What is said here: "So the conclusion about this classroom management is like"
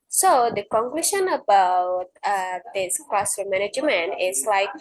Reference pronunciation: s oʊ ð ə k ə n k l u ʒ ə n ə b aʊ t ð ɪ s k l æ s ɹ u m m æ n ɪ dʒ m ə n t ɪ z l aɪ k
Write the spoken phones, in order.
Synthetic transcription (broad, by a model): s oʊ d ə k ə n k l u ʃ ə n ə b aʊ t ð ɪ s k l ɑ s ʌ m m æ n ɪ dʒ m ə n ɪ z l aɪ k